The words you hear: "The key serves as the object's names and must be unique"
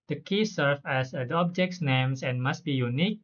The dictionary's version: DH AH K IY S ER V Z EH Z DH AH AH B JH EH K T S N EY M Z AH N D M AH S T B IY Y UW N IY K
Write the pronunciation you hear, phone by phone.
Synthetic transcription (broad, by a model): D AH K IY S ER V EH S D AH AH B JH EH K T S N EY M S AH N M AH S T B IY Y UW N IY K